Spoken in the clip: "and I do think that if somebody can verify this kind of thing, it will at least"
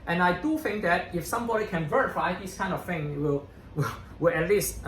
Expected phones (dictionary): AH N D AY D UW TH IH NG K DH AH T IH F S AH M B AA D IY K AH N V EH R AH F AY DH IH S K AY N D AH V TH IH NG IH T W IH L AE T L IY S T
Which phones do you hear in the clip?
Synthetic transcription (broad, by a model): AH N AY D UW TH IH NG K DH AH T IH F S AH M B AA D IY K AH N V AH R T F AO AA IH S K AY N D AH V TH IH NG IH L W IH W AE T L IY S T